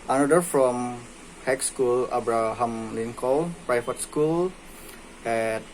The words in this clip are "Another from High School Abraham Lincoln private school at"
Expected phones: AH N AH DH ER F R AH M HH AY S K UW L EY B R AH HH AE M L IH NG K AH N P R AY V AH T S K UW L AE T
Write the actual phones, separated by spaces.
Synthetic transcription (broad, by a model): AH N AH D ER F R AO M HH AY S K UW L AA B R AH HH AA M L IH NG K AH L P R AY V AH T S K UW L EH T